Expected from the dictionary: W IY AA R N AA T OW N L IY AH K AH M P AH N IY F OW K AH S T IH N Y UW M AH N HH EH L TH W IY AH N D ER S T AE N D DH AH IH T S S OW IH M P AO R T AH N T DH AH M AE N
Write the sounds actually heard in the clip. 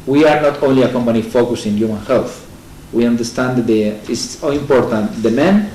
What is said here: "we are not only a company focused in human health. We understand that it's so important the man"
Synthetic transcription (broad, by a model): W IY AA R N AA T OW N L IY AH K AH M P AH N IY F OW K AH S IH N Y UW M AH N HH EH L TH W IY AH N D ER S T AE N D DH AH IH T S S OW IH M P AO R T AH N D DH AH M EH N